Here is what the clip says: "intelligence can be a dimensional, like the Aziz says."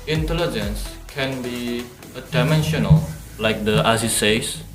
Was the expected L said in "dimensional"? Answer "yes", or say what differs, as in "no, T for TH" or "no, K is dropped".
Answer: yes